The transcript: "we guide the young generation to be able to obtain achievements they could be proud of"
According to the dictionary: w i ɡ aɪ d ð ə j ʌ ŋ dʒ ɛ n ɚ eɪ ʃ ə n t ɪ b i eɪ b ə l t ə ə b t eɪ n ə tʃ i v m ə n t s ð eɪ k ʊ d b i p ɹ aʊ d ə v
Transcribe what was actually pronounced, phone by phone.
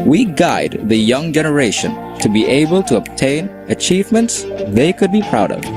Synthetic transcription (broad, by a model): w i ɡ aɪ d ð ə j ʌ ŋ dʒ ɛ n ɚ eɪ ʃ ə n t ɪ b i eɪ b ə l t ə ə b t eɪ n ə tʃ i v m ə n t s ð eɪ k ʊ d b i p ɹ aʊ d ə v